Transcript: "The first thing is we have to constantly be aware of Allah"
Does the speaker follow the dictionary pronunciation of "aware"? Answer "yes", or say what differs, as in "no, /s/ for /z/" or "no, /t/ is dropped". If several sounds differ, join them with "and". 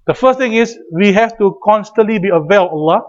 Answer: no, /l/ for /ɹ/